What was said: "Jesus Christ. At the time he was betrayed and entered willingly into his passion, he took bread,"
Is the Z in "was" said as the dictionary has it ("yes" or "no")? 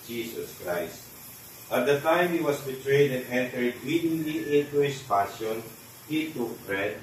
no